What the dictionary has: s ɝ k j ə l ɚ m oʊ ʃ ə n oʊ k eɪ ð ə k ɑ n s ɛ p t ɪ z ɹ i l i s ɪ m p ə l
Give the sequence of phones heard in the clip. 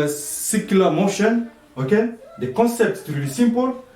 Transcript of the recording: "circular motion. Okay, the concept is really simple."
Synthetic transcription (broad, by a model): s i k l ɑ m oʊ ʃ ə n oʊ k eɪ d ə k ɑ s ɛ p t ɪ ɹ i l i s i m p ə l